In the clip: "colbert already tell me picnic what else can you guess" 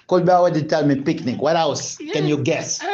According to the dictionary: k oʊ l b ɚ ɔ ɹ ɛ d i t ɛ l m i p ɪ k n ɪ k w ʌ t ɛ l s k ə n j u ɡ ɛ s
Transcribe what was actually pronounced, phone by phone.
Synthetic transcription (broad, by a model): k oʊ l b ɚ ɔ w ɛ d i t ɛ l m i p ɪ k n ɪ k w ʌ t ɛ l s k ə n j u ɡ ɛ s